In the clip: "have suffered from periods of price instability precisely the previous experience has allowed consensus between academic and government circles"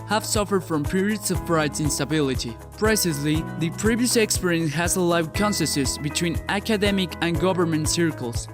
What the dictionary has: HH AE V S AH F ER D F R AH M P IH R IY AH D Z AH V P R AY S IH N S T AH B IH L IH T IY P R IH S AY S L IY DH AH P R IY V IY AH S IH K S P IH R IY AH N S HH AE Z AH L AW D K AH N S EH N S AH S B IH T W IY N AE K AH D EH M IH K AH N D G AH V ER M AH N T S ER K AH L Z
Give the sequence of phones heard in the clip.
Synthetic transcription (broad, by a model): HH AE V S AH F ER D F R AH M P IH R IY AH D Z AH V F R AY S IH N S T AH B IH L IH T IY P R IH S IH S L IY DH AH P R IY V IY AH S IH K S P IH R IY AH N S HH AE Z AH L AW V K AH N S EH S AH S B IH T W IY N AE K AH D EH M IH K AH N G AH V ER M AH N T S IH K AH L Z